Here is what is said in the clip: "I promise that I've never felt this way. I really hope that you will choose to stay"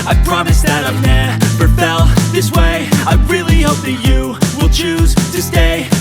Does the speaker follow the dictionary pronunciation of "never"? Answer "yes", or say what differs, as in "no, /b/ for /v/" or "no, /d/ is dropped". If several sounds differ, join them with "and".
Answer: no, /p/ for /v/